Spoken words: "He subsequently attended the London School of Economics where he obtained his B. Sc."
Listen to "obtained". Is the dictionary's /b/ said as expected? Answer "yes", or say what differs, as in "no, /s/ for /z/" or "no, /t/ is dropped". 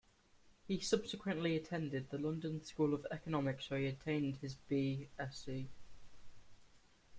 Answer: no, /b/ is dropped